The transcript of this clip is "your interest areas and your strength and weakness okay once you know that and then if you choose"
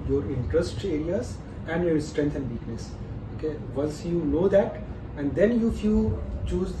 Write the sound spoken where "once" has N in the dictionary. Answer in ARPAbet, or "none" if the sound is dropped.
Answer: L